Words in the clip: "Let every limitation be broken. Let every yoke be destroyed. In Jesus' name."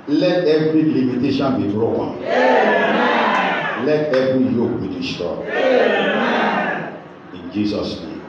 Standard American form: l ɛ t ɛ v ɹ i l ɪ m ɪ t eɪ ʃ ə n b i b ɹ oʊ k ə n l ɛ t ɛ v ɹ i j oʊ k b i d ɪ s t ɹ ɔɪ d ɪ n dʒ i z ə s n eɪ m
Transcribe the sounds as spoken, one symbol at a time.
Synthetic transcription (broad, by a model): l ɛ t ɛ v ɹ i l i m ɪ t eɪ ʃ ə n b i b ɹ oʊ k ə n l ɛ t ɛ v ɹ i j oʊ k b i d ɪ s t ɔɪ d ɪ n dʒ i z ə s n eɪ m